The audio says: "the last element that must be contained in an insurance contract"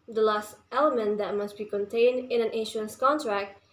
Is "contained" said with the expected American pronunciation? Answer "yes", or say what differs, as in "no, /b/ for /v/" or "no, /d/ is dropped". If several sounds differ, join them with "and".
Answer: yes